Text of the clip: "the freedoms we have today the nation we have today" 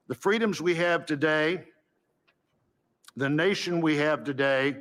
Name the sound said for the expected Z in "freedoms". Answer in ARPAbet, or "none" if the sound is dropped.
Z